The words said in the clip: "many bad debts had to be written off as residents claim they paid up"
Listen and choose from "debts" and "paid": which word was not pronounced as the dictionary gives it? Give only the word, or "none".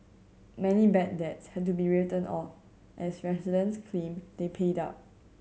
none